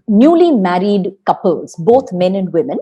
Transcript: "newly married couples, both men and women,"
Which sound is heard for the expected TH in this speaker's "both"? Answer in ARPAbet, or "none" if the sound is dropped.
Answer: T